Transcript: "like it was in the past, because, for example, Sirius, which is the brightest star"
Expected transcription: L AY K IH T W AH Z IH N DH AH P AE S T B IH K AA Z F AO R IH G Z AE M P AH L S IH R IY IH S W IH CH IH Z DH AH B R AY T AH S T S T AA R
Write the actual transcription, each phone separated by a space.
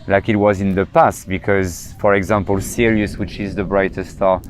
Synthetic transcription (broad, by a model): L AY K IH T W AH Z IH N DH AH P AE S T B IH K AA Z F AO R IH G Z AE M P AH L S IH R IY IH S W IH CH IH Z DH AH B R AY T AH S S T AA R